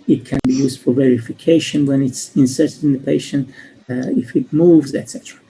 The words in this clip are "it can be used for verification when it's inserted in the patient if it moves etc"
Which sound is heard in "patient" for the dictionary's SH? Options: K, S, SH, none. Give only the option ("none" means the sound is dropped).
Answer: SH